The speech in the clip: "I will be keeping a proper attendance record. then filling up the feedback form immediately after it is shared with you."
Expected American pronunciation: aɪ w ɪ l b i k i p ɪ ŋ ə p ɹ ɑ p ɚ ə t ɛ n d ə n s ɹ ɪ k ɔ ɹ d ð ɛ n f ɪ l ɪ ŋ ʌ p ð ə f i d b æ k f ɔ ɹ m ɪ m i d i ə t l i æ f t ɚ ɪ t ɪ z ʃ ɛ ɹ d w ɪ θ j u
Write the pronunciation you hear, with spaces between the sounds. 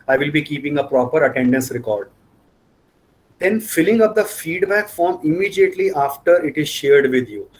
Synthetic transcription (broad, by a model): aɪ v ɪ l b i k i p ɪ ŋ ə p ɹ ɑ p ɚ ə t ɛ n d ə n s ɹ ɪ k ɔ ɹ d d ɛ n f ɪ l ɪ ŋ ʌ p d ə f i d b æ k f ɔ ɹ m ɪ m i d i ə t l i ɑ f t ɚ ɪ t ɪ z ʃ ɛ ɹ d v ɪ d j u